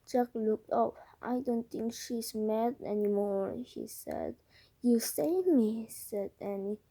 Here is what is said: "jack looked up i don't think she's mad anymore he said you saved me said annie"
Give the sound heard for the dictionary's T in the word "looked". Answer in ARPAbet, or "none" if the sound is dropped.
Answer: T